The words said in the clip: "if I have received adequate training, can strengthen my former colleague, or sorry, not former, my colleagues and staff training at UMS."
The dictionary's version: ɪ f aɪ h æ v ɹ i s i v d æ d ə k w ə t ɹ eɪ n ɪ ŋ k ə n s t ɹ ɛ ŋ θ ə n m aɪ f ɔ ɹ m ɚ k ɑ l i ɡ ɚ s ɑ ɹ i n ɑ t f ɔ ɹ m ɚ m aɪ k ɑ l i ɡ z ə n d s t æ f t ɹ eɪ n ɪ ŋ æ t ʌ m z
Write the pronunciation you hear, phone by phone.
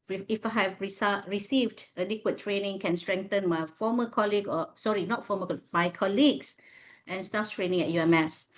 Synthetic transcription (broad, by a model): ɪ f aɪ h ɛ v ɹ i s i v d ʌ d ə k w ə t ɹ eɪ n ɪ ŋ k ə n s t ɹ ɛ ŋ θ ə n m aɪ f ɔ m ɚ k ɑ l i ɡ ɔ s ɑ ɹ i n ɑ t f ɔ m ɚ m aɪ k ɑ l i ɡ s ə n s t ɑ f t ɹ eɪ n ɪ ŋ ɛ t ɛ m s